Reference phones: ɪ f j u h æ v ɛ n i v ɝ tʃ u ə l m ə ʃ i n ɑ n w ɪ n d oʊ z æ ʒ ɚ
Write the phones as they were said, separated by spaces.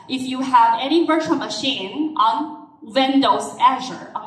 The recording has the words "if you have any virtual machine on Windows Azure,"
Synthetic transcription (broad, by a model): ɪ f j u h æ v ɛ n i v ɝ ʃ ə n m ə ʃ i n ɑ n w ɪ n d oʊ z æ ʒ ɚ